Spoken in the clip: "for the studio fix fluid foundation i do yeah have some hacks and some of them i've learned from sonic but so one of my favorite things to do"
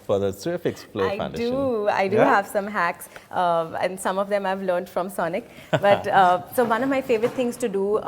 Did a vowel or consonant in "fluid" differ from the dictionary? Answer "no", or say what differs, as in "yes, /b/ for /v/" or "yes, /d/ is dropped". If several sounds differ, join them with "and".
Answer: yes, /p/ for /f/